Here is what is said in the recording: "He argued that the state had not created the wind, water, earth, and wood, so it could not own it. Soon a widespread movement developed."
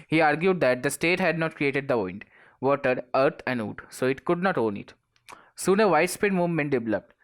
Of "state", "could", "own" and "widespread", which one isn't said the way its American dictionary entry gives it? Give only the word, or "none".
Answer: widespread